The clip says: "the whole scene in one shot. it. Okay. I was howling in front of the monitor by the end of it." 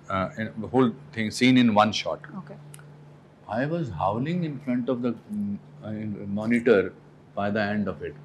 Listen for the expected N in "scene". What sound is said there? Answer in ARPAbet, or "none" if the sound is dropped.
N